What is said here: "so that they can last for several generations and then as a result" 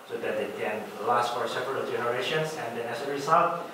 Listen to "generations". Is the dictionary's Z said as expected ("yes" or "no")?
no